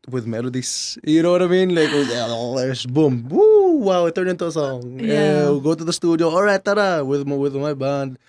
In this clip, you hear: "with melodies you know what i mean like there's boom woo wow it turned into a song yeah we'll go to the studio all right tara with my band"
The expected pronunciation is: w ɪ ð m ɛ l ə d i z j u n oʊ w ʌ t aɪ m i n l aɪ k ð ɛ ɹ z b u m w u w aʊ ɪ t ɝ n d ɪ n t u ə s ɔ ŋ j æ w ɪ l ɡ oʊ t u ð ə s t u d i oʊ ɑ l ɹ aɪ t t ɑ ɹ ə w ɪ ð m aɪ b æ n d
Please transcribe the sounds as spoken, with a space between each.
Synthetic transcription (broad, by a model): w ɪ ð m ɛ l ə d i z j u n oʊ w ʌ t aɪ m i n l aɪ k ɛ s b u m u w aʊ ɪ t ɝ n ɪ n t u ə s ɔ ŋ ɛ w ɡ oʊ t u ð ə s t u d i oʊ ɑ l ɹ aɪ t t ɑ w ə w ɪ ð m aɪ b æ n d